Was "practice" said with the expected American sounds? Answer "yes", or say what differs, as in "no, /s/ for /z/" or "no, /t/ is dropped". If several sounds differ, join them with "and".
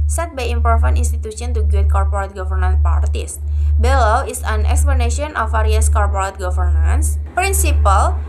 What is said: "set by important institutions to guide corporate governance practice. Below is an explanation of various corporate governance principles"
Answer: no, /ɹ/ is dropped